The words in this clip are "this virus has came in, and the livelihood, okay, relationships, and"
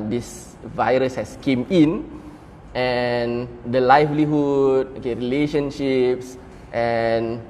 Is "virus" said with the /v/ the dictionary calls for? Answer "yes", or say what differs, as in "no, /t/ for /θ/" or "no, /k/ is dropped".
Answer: yes